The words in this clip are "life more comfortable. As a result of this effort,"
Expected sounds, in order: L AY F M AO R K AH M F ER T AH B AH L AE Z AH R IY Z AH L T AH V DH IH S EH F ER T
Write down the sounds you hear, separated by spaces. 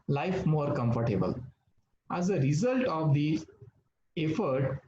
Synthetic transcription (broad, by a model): L AY F M AO R K AH M F ER T AH B AH L AE Z AH R IY Z AH L T AH V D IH EH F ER T